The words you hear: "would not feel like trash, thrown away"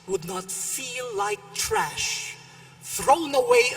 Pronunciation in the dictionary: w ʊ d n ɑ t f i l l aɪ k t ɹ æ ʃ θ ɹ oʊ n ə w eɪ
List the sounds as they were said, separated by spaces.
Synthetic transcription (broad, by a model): w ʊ d n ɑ t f i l l aɪ k t ɹ æ ʃ θ ɹ oʊ n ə w eɪ